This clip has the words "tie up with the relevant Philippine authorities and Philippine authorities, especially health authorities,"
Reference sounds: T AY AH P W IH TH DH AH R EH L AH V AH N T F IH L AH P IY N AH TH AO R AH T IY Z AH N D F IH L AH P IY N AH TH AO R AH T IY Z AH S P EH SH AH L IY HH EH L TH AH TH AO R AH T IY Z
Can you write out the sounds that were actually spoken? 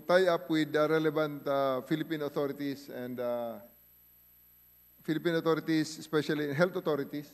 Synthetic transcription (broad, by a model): T AY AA P W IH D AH R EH L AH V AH N T F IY L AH P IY N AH T AO R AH T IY S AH N D F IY L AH P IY N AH T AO R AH T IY S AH S P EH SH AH L IY HH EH L T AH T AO R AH T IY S